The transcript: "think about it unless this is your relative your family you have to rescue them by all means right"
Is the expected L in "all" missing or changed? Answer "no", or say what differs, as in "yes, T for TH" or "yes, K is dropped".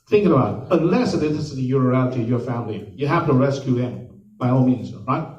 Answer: yes, N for L